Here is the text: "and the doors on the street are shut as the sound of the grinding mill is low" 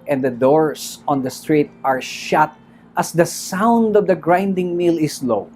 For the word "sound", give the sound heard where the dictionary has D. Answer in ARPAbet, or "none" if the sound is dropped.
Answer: D